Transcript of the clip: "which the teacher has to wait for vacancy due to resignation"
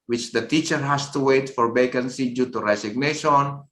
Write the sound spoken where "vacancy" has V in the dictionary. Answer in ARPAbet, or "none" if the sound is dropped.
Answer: B